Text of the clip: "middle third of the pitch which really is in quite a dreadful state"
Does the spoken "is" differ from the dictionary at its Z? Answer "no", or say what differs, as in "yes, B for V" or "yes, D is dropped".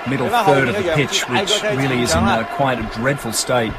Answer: no